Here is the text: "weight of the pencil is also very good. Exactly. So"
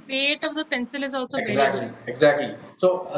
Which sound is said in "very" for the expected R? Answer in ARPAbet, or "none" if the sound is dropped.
none